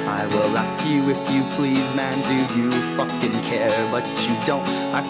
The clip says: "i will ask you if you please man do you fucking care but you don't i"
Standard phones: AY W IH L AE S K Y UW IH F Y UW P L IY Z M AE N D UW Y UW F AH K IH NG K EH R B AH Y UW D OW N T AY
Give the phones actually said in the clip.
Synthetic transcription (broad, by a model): AY W IH L AE S K Y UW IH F Y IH P L IY Z M AE N D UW Y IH F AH K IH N K EH R B AH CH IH D OW N T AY